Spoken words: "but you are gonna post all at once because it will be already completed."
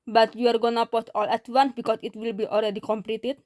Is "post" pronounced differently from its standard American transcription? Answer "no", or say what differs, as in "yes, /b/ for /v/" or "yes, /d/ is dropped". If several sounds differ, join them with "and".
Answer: yes, /s/ is dropped